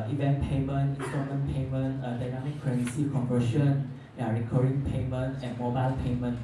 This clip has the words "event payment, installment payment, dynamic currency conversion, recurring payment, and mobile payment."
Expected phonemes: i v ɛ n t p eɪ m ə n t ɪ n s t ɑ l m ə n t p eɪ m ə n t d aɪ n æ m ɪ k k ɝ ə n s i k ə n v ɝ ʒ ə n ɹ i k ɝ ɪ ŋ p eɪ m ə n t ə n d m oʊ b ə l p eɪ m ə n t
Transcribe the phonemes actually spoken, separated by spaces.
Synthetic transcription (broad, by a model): i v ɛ n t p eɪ m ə n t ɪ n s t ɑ m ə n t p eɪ m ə n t d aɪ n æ m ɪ k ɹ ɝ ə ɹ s i k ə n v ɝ ʃ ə n ɹ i k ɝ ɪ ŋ p eɪ m ə n t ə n m oʊ b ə l p eɪ m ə n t